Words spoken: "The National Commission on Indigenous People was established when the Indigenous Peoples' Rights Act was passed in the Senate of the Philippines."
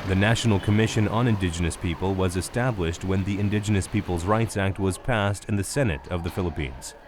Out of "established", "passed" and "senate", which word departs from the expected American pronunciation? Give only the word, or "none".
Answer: none